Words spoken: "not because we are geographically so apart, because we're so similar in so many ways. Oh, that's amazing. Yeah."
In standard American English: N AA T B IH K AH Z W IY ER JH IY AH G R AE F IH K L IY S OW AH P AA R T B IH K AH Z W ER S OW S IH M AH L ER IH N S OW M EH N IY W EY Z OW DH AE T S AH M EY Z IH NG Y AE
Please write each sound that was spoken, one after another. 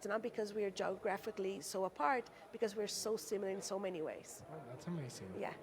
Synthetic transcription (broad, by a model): N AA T B IH K AH Z W IY ER JH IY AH G R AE F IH K L IY S OW AH P AA R T B IH K AH Z W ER S OW S IH M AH L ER IH N S OW M EH N IY W EY Z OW DH AE T S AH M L S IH Y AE